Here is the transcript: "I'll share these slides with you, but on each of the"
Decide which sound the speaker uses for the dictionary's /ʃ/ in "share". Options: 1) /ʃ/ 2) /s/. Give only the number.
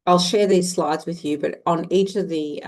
1